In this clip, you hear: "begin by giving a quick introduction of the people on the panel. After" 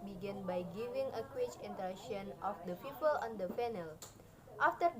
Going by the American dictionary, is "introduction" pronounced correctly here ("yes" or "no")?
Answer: no